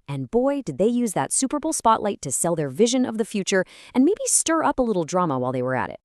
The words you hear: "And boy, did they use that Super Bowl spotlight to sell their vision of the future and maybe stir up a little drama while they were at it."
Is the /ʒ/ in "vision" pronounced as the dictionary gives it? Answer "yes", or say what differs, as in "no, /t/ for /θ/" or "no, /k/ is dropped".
yes